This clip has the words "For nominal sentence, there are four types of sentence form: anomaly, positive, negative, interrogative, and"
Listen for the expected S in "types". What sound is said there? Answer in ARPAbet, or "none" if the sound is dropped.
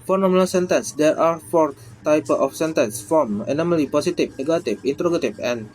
none